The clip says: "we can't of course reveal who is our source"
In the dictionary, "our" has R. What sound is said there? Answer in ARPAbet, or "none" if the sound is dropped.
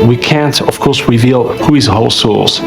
L